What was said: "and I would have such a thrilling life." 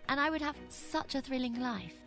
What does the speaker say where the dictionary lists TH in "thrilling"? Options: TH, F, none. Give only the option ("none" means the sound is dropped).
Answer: TH